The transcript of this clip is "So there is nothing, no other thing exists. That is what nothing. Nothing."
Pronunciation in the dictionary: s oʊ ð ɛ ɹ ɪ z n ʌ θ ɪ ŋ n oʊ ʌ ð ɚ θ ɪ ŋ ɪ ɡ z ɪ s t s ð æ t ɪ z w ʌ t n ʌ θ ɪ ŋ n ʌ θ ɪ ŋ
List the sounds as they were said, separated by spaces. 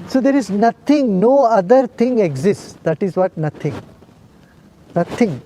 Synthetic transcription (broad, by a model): s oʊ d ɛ ɹ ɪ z n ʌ t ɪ ŋ n oʊ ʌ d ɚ t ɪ ŋ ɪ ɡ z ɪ s t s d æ t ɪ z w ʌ t n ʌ t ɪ ŋ n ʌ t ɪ ŋ